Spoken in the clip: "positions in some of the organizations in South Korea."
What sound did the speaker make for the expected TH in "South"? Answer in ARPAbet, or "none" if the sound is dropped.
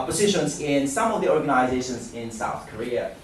TH